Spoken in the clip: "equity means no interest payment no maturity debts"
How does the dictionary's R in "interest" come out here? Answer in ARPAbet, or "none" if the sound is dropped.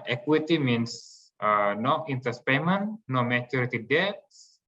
none